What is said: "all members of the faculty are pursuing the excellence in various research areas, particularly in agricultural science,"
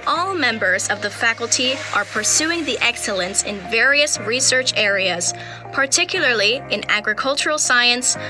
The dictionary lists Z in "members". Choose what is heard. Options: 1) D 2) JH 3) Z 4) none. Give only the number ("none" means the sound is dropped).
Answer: 3